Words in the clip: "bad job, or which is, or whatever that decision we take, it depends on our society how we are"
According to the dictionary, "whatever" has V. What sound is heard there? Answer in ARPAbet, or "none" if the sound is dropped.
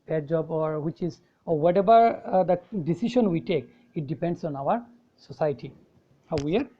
B